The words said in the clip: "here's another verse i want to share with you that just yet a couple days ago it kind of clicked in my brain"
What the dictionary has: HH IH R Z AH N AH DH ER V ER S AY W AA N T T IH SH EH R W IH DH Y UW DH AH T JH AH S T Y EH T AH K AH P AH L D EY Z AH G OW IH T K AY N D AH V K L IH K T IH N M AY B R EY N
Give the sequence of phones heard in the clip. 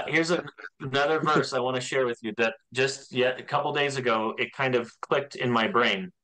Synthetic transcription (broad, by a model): HH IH R Z AH N AH DH ER V ER S AY W AA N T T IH SH EH R W IH DH Y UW DH AH T JH AH S T Y EH T AH K AH P L D EY Z AH G OW IH T K AY N D AH V K L IH K T IH N M AY B R EY N